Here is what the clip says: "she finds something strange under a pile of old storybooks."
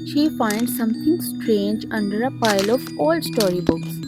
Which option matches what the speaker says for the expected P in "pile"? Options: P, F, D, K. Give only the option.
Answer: P